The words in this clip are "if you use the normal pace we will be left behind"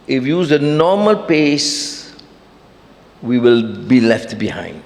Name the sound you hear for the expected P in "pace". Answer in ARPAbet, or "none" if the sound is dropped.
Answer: P